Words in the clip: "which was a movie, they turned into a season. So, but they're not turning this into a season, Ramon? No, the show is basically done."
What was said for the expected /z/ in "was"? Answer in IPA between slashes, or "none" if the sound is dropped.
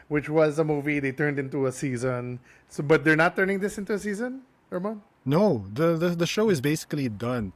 /z/